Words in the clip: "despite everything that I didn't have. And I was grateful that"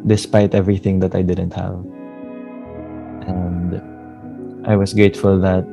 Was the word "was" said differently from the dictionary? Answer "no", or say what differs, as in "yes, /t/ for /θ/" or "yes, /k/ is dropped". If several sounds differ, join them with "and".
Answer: yes, /s/ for /z/